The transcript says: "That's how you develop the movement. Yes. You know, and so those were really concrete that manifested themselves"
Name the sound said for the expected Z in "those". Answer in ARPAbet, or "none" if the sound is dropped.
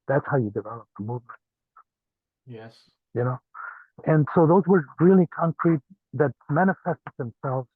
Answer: Z